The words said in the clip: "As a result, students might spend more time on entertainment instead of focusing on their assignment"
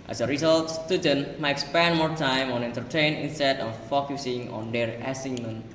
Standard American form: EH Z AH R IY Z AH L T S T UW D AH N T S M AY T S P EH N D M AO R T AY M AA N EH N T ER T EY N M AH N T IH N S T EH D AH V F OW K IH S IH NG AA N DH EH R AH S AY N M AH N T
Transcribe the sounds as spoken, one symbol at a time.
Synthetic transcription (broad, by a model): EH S AH R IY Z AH L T S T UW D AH N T M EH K S P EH N M AO R T AY M AA N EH N T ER T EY N AH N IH N S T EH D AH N F OW K IH S IH NG AA N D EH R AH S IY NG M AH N